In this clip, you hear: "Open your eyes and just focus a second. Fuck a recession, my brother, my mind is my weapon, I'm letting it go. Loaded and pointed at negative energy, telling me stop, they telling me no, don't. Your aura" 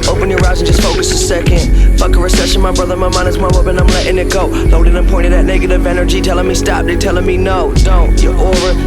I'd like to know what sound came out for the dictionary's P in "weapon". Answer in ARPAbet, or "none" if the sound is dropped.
B